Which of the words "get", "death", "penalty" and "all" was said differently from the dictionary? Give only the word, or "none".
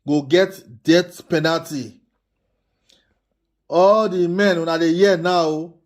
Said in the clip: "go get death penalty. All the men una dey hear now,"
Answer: death